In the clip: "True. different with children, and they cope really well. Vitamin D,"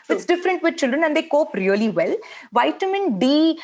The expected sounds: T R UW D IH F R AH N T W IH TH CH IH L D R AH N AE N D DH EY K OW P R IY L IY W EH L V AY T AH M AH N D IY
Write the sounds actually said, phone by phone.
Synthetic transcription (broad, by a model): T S D IH F R AH N T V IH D CH IH L D R AH N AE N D EY K OW P R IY L IY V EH L V AY T AH M AH N D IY